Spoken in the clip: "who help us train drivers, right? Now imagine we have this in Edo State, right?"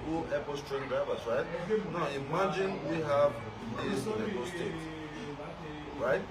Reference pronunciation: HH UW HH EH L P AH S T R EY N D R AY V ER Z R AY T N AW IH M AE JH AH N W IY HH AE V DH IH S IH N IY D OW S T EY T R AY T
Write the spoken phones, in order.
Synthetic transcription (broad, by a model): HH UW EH P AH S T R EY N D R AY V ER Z R AY T N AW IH M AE JH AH N W IY HH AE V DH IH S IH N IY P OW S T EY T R AY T